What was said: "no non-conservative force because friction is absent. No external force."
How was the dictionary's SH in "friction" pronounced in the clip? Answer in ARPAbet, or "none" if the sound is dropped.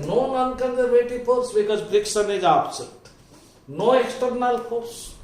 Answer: S